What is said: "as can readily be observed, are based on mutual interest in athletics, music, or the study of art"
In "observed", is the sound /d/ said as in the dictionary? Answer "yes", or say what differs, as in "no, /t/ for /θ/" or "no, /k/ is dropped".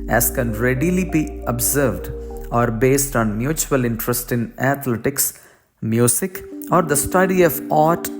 yes